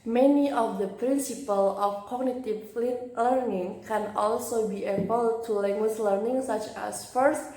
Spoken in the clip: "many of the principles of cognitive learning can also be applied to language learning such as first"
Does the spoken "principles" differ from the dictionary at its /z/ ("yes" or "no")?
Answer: yes